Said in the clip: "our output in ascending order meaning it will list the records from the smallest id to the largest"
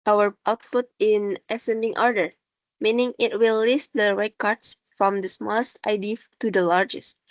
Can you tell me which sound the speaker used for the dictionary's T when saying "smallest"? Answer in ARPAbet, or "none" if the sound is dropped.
T